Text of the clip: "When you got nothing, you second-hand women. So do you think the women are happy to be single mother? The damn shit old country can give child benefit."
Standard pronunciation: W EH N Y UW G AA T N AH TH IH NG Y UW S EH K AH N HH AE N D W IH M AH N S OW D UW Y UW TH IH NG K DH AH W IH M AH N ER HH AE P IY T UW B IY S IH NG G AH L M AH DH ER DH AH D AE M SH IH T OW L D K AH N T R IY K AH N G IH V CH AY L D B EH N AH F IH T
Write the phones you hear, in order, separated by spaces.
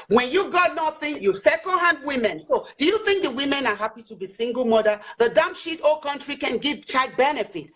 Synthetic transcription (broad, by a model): W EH N Y UW G AA T N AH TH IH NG Y UW S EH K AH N HH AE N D W IH M AH N S OW D UW Y UW TH IH NG K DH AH W IH M AH N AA HH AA P IY T UW B IY S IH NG G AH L M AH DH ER DH AH D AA M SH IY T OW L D K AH N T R IY K AH N G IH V CH AY D B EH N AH F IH T